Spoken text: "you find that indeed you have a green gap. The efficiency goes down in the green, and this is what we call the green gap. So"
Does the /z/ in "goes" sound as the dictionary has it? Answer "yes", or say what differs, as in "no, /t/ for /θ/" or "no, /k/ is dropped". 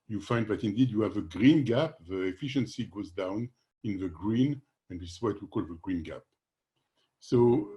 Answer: yes